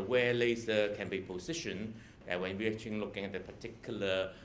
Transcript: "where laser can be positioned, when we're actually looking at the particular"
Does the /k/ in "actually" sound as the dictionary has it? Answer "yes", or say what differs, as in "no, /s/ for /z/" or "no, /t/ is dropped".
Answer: no, /k/ is dropped